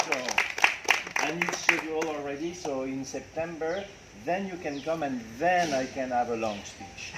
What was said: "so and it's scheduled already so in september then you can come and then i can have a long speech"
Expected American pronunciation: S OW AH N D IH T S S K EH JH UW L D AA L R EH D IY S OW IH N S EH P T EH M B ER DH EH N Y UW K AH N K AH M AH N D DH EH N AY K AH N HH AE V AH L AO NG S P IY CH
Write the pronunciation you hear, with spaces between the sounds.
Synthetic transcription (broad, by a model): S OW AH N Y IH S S EH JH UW L AA L R EH D IY S OW IH N S EH P T EH M B ER DH EH N Y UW K AH N K AH M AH N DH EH N AY K AH N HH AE V AH L AO NG S P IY CH